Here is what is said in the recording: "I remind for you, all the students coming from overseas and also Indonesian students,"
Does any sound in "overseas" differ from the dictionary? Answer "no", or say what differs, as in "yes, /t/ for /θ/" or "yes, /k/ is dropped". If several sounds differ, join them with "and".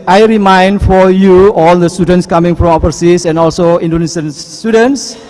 yes, /p/ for /v/ and /s/ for /z/